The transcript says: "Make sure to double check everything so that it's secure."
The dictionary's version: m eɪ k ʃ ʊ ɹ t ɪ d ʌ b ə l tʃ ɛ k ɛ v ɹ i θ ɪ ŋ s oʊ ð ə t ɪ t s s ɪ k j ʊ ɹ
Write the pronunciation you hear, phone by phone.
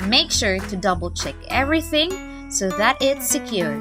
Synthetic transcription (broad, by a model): m eɪ k ʃ ʊ ɹ t ɪ d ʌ b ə l tʃ ɛ k ɛ v ɹ i θ ɪ ŋ s oʊ ð ə t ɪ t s s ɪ k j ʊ ɹ